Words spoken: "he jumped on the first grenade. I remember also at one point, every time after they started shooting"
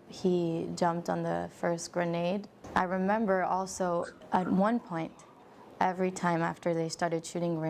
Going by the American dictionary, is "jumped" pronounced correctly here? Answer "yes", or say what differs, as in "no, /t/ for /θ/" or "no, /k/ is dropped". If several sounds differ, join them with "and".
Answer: yes